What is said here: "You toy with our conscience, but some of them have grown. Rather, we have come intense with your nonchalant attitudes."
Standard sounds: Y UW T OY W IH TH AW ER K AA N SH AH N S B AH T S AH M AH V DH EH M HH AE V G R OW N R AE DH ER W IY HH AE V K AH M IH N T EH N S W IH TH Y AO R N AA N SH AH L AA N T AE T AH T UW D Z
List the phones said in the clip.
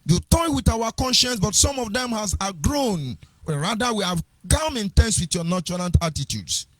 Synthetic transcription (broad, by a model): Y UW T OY W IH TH AW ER K AA N SH AH N S B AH T S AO M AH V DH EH M HH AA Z G R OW N R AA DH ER W IY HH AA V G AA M IH N T EH N S W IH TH Y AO N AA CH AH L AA N T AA T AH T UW D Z